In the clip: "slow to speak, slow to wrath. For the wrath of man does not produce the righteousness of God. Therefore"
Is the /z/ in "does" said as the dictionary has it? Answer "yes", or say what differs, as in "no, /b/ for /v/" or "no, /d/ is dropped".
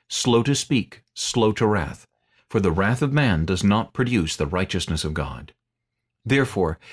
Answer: yes